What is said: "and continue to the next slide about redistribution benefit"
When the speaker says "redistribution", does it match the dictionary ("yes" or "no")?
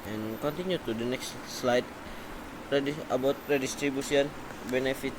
no